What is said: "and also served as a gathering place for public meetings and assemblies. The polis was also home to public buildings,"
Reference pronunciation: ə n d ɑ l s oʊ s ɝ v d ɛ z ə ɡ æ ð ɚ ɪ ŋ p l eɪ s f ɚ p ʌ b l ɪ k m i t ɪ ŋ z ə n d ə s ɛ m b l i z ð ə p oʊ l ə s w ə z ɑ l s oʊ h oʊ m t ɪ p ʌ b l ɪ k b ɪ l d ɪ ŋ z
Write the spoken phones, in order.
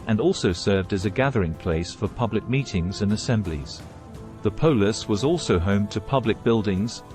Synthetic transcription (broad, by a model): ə n ɑ l s oʊ s ɝ v d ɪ z ə ɡ æ ð ɚ ɪ ŋ p l eɪ s f ɚ p ʌ b l ɪ k m i t ɪ ŋ z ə n ə s ɛ m b l i z ð ə p oʊ l ə s w ə z ɑ l s oʊ h oʊ m t ɪ p ʌ b l ɪ k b ɪ l d ɪ ŋ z